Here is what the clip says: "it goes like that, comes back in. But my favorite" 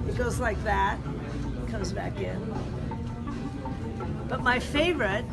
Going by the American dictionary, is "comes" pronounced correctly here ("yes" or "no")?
yes